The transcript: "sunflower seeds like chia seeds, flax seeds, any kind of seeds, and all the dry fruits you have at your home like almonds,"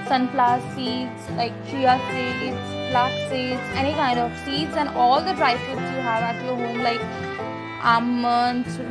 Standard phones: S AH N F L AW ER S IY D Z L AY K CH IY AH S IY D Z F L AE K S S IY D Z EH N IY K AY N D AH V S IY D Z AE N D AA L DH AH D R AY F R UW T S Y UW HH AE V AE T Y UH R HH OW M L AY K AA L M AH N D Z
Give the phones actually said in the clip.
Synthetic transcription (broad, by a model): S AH N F L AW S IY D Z L AY K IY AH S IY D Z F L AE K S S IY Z EH N IY K AY N D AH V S IY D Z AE N AA L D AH D R AY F UW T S Y UW HH AE V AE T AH HH OW M L AY K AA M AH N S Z